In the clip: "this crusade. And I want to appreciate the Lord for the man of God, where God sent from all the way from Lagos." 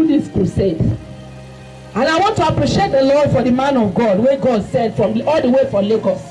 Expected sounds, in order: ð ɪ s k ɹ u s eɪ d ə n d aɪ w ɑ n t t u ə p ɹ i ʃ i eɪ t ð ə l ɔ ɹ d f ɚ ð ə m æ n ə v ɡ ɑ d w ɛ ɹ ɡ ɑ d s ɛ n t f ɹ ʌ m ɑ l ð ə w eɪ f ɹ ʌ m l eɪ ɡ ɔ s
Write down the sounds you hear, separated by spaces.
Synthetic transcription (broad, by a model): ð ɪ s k u s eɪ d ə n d aɪ w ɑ n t t u ə p ɹ i ʃ i eɪ t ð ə l ɔ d f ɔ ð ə m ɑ n ə v ɡ ɑ d w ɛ ɡ ɑ d s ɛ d f ɹ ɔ m ɑ l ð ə w eɪ f ɹ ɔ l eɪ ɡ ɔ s